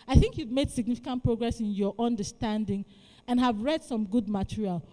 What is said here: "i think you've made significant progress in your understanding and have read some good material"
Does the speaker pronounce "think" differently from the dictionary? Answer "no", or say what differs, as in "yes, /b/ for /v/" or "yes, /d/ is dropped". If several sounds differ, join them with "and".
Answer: no